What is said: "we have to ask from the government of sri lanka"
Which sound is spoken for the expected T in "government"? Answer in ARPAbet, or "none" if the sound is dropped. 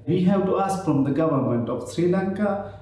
T